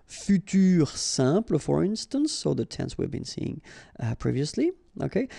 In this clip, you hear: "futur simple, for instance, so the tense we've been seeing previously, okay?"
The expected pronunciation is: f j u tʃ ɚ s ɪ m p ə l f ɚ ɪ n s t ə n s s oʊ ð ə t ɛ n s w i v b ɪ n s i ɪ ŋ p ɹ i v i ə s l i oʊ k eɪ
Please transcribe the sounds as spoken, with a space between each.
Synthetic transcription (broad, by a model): f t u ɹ s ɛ p l f ɚ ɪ n s t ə n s s oʊ ð ə t ɛ n s w i v b ɪ n s i ɪ ŋ p ɹ i v i ə s l i oʊ k eɪ